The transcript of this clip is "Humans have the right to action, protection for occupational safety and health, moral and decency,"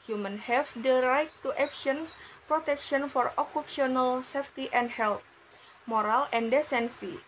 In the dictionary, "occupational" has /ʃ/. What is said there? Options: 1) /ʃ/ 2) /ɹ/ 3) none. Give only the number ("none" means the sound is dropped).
3